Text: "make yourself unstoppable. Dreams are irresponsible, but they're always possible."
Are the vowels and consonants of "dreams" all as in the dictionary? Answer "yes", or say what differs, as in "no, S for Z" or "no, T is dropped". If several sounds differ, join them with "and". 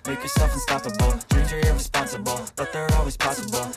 no, M is dropped